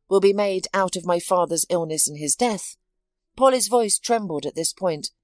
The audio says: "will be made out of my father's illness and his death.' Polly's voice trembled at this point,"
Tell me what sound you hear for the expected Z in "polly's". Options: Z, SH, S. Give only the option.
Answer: Z